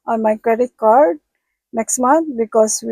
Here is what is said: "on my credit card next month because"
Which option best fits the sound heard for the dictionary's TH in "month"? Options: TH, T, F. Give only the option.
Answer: T